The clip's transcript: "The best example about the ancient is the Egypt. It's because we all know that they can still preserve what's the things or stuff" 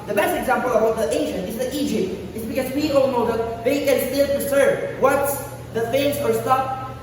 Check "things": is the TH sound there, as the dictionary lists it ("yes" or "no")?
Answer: no